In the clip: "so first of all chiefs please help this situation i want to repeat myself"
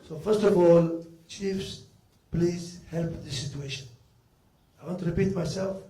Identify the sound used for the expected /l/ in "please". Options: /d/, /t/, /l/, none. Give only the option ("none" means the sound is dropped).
/l/